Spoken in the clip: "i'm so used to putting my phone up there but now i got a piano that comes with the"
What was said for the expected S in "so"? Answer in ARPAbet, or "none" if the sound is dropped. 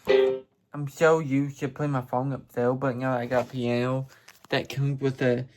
SH